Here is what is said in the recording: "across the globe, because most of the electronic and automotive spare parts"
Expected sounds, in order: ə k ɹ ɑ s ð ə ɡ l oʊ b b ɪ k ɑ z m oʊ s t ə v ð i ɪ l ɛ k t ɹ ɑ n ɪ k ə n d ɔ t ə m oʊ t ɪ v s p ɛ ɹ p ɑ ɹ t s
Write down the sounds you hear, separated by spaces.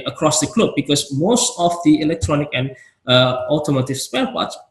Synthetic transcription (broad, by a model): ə k ɹ ɑ s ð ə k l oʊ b b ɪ k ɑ s m oʊ s t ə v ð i ɪ l ɛ k t ɹ ɑ n ɪ k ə n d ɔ t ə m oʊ t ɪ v s p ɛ l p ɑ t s